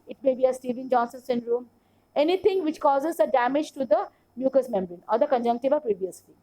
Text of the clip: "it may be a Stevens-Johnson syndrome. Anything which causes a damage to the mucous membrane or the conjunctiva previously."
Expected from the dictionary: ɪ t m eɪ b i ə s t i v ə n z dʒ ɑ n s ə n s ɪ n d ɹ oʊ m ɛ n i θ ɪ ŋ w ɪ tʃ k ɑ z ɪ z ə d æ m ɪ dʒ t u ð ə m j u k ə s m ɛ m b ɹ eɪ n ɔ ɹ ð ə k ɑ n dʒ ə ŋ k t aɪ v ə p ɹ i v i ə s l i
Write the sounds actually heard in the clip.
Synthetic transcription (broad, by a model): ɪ t m eɪ b i ə s t i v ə n dʒ ɑ n s ə n s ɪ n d ɹ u m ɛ n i t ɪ ŋ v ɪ tʃ k ɑ z ɪ z ə d æ m ɪ dʒ t u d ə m j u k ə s m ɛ m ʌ ɹ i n ɔ ɹ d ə k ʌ n dʒ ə ŋ k t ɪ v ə p ɹ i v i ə s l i